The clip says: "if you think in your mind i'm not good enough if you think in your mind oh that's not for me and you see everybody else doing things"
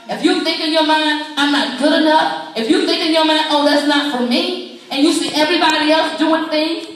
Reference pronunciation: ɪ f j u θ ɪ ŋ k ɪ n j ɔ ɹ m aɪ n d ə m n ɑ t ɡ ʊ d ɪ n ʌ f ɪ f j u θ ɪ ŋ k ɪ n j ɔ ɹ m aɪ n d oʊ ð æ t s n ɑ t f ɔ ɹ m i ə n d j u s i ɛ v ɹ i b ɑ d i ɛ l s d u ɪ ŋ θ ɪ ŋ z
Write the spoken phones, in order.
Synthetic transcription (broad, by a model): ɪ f j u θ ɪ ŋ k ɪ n j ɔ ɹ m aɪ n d ə m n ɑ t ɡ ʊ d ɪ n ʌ p ɪ f j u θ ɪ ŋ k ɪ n j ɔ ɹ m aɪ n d oʊ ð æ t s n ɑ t f ɔ ɹ m i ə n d j u s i ɛ v ɹ i b ɑ d i ɛ l s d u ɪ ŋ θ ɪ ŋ